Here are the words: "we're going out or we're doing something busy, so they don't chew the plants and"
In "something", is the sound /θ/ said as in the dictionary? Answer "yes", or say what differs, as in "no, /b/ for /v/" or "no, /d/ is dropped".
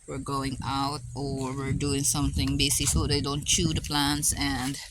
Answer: yes